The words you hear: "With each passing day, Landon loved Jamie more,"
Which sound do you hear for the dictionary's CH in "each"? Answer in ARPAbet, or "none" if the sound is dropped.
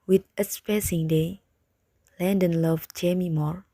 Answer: S